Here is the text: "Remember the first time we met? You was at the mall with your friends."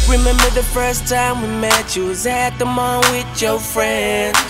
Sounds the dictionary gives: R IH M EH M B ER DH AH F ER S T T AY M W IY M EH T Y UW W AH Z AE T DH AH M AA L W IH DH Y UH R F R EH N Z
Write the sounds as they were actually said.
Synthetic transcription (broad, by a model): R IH M EH M B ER DH AH F ER S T T AY M W IY M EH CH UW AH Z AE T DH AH M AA N W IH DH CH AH F R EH N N